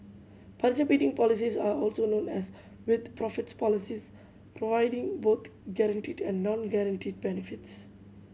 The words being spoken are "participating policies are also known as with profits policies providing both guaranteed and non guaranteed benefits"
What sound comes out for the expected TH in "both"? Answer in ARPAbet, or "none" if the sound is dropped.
T